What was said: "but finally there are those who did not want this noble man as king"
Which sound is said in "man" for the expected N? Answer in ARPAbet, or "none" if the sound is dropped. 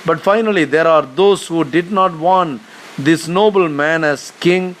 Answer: N